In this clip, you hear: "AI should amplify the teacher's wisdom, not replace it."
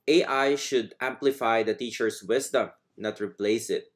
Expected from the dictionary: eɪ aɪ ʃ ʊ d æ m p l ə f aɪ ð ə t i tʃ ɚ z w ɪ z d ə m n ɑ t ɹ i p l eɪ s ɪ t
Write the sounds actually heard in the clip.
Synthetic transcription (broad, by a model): eɪ aɪ ʃ ʊ d æ m p l ə f aɪ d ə t i tʃ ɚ s w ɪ s d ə m n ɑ t ɹ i p l eɪ s ɪ t